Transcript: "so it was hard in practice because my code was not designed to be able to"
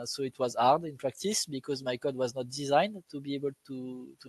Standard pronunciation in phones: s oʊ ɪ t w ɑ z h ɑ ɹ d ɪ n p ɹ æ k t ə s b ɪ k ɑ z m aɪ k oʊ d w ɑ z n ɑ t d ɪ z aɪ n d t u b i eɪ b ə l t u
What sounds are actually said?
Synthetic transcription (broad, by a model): s oʊ ɪ t w ɑ z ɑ ɹ d ɪ n p ɹ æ k t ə s b ɪ k ɑ z m aɪ k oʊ d w ɑ z n ɑ t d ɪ z aɪ n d t u b i eɪ b ə l t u